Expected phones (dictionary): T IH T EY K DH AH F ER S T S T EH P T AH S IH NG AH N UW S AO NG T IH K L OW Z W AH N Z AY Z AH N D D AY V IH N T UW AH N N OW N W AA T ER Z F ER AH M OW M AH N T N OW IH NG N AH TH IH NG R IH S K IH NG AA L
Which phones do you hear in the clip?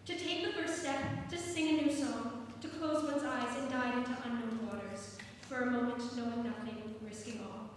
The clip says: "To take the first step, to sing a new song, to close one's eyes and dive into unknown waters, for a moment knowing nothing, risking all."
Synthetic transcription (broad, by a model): T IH T EY K DH AH F ER S T S T EH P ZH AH S IH NG AH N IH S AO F T IH K L OW Z W AH N Z AY Z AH N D D AY IH N T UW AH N N OW N W AA T ER Z F ER AH M OW M AH N T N OW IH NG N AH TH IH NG R IH S K IH NG AA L